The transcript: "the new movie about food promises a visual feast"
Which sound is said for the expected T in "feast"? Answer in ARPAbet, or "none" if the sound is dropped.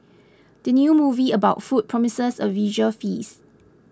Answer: none